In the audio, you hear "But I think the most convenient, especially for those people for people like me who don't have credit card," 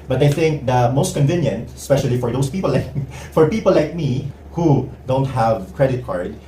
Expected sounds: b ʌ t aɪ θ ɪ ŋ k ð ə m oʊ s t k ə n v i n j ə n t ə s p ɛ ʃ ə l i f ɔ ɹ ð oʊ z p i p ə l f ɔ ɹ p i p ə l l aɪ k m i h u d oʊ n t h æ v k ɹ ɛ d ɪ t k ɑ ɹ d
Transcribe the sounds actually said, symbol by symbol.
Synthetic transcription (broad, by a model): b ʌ t aɪ θ ɪ ŋ k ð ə m oʊ s t k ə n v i n j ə n t ə s p ɛ ʃ ə l i f ɔ ɹ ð oʊ s p i p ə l f ɔ ɹ p i p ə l l aɪ k m i h u d oʊ n t h æ v k ɹ ɛ d ɪ t k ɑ ɹ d